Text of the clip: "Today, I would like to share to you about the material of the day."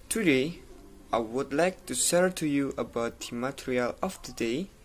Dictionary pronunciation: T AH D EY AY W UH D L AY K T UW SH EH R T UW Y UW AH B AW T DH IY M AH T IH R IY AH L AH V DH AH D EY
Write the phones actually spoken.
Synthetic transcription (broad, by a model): T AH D EY AY W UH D L AY K T UW S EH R T UW Y UW AH B AW T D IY M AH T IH R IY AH L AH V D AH D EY